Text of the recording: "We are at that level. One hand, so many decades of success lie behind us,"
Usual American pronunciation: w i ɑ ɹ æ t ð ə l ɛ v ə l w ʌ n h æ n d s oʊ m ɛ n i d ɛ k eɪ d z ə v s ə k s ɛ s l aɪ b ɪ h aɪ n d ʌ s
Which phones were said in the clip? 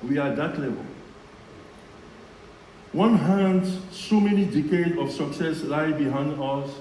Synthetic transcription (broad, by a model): w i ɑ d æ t l ɛ v ə l w ʌ n h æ n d s oʊ m ɛ n i d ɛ k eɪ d ə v s ə k s ɛ s l aɪ b ɪ h aɪ n d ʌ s